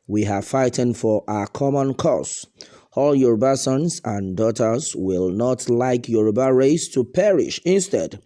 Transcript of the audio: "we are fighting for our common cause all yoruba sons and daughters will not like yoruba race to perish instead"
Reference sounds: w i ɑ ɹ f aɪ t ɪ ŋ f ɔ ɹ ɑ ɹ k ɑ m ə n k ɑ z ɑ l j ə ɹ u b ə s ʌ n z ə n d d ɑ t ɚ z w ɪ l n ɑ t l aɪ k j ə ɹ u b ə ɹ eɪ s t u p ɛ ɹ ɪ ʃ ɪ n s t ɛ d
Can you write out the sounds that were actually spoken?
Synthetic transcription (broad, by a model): w i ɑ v f aɪ t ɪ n f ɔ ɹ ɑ k ɑ m ə n k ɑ s ɑ l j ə ɹ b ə s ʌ n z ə n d d ɑ t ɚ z w ɪ l n ɑ t l aɪ k j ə ɹ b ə ɹ eɪ s t u p ɛ ɹ ɪ ʃ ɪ n s t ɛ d